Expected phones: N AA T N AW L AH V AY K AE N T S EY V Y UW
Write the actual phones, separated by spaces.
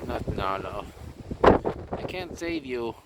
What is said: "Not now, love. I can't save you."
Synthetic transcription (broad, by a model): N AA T N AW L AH AY K AE N T S EY V Y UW